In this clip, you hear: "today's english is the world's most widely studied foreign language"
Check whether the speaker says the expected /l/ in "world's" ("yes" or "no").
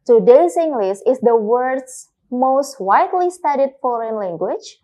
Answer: no